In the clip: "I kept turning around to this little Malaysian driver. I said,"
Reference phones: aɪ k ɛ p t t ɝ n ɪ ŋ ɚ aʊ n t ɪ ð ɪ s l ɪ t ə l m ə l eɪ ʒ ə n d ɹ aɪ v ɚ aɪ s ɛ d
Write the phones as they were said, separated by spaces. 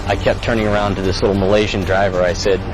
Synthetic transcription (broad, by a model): aɪ k ɛ p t t ɝ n ɪ ŋ ɚ aʊ n t ɪ ð ɪ s l ɪ t l m ə l eɪ ʒ ə n d ɹ aɪ v ɚ aɪ s ɛ d